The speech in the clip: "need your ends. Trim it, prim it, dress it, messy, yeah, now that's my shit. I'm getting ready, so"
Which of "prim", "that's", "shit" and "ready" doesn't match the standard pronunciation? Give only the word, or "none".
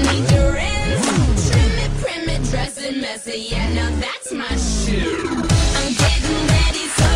shit